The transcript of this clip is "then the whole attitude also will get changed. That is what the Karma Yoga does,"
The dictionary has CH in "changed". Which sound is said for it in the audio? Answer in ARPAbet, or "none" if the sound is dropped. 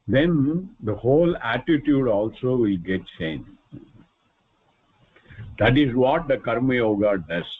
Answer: S